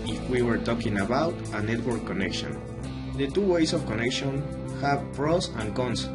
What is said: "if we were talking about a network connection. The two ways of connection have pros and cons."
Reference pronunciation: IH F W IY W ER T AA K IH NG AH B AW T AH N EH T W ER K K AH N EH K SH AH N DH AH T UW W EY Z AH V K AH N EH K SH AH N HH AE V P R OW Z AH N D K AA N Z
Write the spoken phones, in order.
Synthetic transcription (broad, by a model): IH F W IY W ER T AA K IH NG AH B AW T AH N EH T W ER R K AH N EH K SH AH N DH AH T UW W EY S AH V K AH N EH K SH AH N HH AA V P R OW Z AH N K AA N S